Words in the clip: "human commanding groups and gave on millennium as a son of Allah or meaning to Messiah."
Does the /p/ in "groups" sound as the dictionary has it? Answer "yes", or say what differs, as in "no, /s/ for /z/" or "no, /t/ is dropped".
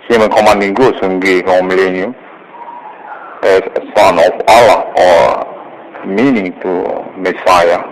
no, /p/ is dropped